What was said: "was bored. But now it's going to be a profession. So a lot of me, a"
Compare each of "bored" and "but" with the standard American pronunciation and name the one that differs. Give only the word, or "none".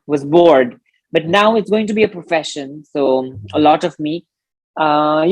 none